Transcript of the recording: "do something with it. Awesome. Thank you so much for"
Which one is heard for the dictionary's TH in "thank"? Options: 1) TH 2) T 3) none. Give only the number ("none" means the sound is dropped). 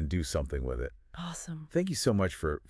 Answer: 1